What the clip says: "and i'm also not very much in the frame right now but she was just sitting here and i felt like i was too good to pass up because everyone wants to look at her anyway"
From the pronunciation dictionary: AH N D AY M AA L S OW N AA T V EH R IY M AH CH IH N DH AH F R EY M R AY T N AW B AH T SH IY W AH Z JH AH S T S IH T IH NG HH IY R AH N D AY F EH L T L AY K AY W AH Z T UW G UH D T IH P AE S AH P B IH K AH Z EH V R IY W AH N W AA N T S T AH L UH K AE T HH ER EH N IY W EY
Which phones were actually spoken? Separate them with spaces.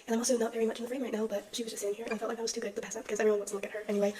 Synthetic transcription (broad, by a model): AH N AY M AA L S OW N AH T V EH R IY M AH CH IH N DH AH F R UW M R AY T N AW B AH T SH IY W AH Z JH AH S S IH T IH NG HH IY R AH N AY F EH L T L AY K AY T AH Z T UW G UH D T IH P AE S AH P B IH K AH Z EH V IY W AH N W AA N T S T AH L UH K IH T HH ER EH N IY W EY